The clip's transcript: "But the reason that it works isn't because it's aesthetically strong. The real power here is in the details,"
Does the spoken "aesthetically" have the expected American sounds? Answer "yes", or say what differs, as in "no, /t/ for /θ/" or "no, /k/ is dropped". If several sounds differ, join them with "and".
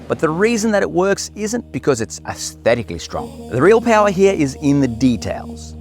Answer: yes